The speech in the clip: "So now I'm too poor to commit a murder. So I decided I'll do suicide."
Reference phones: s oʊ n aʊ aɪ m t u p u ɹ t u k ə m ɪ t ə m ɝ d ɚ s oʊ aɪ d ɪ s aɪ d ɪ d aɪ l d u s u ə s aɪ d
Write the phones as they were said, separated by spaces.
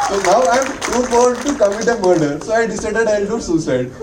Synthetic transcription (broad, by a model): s oʊ n aʊ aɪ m t u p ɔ l t u k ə m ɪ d ə m ɝ d ɚ s oʊ aɪ d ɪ s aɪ d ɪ d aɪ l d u s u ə s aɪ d